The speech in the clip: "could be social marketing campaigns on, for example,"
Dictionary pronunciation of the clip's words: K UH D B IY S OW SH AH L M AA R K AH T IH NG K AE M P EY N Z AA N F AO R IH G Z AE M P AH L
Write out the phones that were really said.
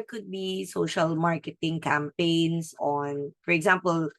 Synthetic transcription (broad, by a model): K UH D B IY S OW SH AH L M AA R K AH T IH NG K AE M P EY N S AA N F AO R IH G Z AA M P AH L